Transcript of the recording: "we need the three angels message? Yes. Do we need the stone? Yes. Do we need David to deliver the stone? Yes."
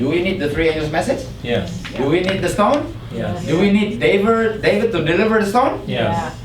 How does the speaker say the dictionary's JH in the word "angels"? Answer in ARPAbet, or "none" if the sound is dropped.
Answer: none